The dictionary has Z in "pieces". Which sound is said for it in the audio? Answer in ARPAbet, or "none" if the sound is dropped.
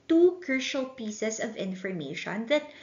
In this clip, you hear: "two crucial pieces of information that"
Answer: S